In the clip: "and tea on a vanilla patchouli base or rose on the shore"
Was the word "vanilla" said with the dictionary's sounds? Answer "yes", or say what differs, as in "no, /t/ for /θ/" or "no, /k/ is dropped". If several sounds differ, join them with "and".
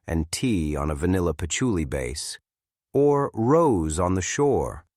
yes